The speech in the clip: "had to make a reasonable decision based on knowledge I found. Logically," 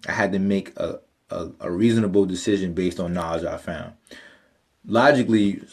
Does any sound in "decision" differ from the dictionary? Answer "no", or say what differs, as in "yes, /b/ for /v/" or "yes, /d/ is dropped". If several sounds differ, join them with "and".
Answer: no